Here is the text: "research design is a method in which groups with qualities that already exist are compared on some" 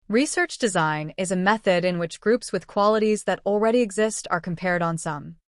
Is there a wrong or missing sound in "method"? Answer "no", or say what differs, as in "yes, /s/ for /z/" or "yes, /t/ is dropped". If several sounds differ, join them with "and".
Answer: no